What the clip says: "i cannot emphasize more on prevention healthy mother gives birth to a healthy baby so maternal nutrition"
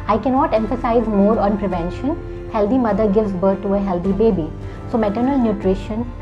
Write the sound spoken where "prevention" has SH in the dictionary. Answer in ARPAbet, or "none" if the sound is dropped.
SH